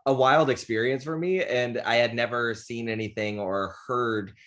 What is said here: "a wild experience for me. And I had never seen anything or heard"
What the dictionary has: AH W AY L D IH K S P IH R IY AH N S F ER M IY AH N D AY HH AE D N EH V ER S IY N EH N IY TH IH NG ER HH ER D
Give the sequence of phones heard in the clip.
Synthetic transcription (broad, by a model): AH W AY L D IH K S P IH R IY AH N S F ER M IY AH N AY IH D N EH V ER S IY N EH N IY TH IH NG ER HH ER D